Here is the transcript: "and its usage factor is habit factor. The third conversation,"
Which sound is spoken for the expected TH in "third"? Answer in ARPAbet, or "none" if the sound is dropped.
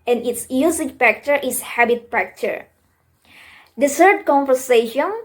S